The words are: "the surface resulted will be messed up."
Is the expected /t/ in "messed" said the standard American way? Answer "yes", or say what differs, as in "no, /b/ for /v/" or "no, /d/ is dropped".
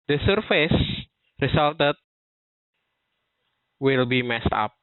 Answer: yes